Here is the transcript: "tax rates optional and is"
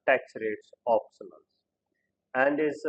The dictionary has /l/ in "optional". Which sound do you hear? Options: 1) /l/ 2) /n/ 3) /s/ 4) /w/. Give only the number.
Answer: 2